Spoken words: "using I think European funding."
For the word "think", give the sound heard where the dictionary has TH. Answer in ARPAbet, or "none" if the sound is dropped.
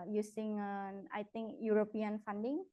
T